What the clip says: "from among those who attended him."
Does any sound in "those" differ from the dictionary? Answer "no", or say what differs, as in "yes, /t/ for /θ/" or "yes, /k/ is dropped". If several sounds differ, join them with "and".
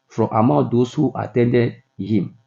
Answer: yes, /s/ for /z/